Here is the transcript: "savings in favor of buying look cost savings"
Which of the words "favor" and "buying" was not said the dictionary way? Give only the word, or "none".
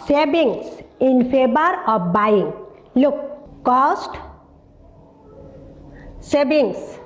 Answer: favor